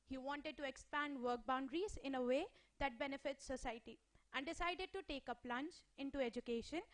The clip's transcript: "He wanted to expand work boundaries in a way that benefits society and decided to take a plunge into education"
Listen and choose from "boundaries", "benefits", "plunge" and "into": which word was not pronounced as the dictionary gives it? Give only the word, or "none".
plunge